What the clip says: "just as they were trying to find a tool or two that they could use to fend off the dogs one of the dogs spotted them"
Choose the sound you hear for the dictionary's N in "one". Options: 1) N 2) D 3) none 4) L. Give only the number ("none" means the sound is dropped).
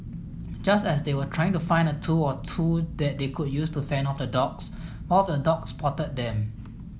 3